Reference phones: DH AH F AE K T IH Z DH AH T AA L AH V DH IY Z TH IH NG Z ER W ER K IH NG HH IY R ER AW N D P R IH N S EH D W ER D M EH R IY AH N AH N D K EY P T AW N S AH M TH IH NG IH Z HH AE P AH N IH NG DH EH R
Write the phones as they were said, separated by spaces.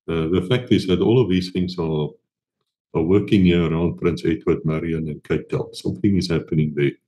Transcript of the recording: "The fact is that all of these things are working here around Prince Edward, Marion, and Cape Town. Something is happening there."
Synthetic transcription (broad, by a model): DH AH F AE K T IH Z DH AH T AA L AH V DH IY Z TH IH NG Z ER W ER K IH NG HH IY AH ER AW N D P R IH N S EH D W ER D M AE R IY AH N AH N K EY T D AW L S AH M TH IH NG IH Z HH AE P AH N IH NG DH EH